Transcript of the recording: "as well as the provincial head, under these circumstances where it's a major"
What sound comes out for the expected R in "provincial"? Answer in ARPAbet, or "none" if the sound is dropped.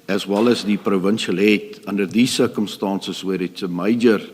R